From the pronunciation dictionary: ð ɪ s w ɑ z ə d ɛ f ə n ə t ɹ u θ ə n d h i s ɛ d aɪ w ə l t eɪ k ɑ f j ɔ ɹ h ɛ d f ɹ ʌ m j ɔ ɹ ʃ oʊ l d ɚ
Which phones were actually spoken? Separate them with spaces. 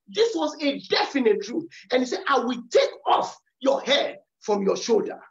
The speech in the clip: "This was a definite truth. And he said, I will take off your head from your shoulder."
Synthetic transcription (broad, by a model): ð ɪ s w ɑ z ə d ɛ f ə n ə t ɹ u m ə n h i s ɛ d aɪ w ə l t eɪ k ɑ f j ɔ h ɛ d f ɹ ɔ m j ɔ ʃ oʊ l d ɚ